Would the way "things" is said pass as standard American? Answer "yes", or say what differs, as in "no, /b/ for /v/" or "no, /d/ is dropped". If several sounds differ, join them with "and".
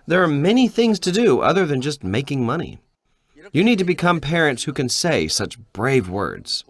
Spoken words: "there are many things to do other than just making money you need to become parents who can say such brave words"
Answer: yes